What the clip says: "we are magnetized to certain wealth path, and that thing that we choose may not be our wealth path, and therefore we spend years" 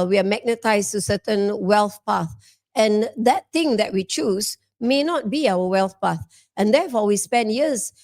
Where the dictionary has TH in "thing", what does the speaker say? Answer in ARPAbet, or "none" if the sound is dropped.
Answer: T